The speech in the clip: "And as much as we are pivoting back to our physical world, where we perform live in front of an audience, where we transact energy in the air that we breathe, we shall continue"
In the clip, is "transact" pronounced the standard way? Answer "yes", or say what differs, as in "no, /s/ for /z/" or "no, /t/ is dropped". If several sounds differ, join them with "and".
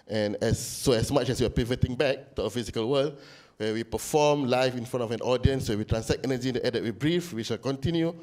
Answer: no, /s/ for /z/ and /k/ is dropped